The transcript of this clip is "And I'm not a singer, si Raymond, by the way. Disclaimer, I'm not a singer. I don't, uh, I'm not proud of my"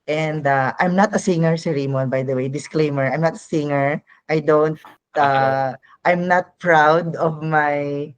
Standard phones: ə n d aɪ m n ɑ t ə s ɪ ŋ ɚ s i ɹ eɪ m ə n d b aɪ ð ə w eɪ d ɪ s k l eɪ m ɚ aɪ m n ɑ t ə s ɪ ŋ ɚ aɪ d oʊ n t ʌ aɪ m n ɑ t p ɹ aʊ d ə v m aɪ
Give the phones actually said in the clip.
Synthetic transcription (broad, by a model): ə n d aɪ m n ɑ t ə s ɪ ŋ ɚ s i ɹ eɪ m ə n b aɪ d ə w eɪ d ɪ s k l eɪ m ɚ aɪ m n ɑ t ə s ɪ ŋ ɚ aɪ d oʊ n t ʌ aɪ m n ɑ t p ɹ aʊ d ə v m aɪ